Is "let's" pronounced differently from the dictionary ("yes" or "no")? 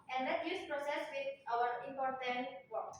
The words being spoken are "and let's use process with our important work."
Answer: yes